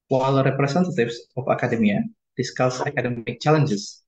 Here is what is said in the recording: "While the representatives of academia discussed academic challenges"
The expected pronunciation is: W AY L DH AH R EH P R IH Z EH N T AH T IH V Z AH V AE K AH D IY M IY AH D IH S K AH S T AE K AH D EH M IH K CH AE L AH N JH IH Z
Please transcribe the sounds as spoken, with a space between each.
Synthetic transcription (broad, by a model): W AY L R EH P R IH S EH N T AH T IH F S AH F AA K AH D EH M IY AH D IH S K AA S AA K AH D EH M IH K CH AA L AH N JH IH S